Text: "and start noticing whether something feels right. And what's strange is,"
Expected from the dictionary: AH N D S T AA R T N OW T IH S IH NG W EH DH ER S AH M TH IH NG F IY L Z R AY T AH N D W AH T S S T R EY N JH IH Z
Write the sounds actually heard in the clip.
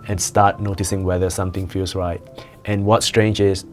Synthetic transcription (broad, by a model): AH N S T AA T N OW T IH S IH NG W EH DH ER S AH M T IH NG F IY L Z R AY T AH N W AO T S S T R EY N JH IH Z